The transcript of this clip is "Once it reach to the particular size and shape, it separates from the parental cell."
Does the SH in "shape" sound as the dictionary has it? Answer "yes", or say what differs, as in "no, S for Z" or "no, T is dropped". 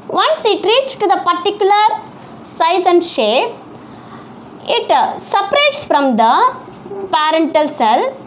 yes